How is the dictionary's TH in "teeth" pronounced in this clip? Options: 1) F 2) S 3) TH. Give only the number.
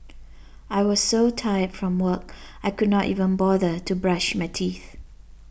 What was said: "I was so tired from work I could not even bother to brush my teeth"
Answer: 3